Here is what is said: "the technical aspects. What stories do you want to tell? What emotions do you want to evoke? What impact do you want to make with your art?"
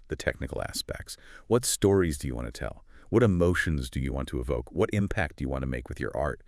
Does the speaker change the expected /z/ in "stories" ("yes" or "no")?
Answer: no